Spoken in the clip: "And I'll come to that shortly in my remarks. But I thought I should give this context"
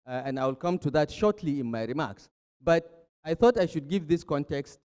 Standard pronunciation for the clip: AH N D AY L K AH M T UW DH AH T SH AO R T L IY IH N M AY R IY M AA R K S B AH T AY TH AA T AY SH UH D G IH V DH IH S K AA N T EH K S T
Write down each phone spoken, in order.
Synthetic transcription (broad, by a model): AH N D AY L K AH M T UW DH AH T SH AO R T L IY IH N M AY R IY M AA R K S B AH T AY TH AA T AY SH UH D G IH V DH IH S K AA N T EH K S T